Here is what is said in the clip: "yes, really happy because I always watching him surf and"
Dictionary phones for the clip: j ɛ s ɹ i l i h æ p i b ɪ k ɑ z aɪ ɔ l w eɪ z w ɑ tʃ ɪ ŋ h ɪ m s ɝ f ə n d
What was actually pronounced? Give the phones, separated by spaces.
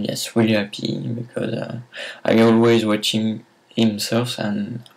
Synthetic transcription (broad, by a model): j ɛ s w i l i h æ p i b ɪ k ɑ z aɪ ɔ l w eɪ z w ɑ tʃ ɪ ŋ h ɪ m s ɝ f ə n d